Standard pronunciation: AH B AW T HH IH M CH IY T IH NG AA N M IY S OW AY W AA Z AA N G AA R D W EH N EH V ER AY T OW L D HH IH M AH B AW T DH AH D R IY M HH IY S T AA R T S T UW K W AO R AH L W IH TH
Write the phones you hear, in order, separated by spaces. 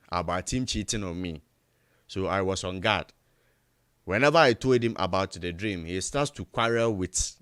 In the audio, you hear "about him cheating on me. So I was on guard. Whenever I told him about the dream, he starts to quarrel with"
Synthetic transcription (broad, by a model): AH B AW T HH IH M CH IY T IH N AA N M IY S OW AY W AA S AA N G AA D W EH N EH V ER AY T OW L D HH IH M AH B AW T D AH D R IY M HH IY S T AA T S T UW K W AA R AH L W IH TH